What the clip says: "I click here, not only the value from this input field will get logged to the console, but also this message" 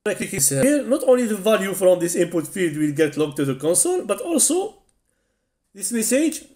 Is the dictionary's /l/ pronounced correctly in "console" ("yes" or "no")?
no